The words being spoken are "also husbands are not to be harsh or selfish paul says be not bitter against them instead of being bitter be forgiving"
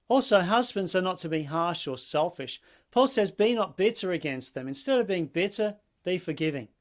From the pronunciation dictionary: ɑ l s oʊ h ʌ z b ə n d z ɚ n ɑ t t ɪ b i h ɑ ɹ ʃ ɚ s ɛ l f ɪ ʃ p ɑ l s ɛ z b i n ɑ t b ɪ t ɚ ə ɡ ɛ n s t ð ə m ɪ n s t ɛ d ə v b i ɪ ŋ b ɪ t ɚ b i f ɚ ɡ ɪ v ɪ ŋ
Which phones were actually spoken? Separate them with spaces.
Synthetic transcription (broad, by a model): ɑ l s oʊ h ʌ z b ə n d z ɚ n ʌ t t ɪ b i h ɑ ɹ ʃ ɚ s ɛ l f ɪ ʃ p ɑ l s ɛ z b i n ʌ t b ɪ t ɚ ə ɡ ɛ n s t ð ə m ɪ n s t ɛ d ə v b i ɪ ŋ b ɪ t ɚ b i f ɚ ɡ ɪ v ɪ ŋ